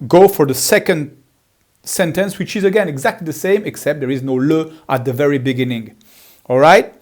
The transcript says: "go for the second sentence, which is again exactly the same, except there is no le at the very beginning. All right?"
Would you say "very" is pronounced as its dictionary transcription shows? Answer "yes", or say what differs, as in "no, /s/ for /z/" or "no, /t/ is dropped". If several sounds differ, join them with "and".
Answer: yes